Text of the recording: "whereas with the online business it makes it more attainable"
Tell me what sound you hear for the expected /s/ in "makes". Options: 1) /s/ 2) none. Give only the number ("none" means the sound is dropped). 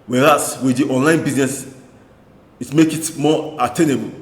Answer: 2